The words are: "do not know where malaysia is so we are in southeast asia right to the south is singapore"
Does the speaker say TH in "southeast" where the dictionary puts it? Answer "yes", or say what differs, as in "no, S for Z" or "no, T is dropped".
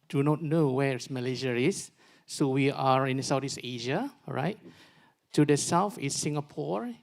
no, T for TH